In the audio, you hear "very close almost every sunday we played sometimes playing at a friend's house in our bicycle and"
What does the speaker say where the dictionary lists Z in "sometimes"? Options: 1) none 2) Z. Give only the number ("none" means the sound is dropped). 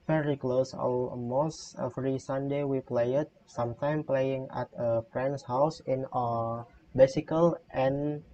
1